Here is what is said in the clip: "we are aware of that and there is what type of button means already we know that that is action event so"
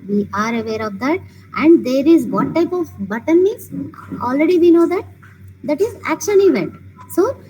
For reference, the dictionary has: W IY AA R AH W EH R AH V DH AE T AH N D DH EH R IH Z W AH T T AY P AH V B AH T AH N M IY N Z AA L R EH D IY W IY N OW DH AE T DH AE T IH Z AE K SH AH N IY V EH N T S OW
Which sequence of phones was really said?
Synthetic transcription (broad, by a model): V IY AA R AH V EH R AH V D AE T AH N D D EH R IH Z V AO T T AY P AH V B AH T AH N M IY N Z AA L R EH D IY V IY N OW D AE T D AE T IH Z AE K SH AH N IY V EH N T S OW